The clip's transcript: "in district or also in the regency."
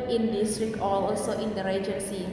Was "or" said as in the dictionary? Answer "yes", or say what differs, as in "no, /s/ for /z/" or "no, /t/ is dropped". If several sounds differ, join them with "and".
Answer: no, /l/ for /ɹ/